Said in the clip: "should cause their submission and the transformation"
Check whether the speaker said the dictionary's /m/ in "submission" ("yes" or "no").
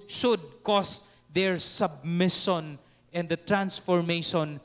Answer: yes